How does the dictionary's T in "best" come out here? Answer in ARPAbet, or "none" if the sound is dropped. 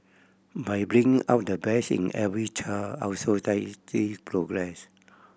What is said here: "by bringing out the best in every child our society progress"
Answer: none